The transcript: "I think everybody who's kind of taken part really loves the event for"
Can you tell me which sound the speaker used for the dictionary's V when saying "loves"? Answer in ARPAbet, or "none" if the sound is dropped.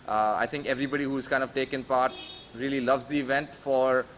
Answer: V